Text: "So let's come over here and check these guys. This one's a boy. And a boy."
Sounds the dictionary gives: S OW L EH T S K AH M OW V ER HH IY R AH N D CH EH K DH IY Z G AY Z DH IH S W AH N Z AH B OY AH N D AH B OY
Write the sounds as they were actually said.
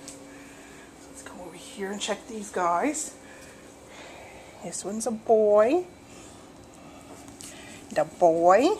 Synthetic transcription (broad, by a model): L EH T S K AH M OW ER HH IY R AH N CH EH K DH IY Z G AY Z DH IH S W AH N Z AH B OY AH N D AH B OY